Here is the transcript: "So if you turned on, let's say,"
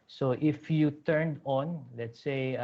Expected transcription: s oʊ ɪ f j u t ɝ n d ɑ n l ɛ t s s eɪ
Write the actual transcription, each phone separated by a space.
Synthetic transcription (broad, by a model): s oʊ ɪ f j u t ɝ n d ɑ n l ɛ t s s eɪ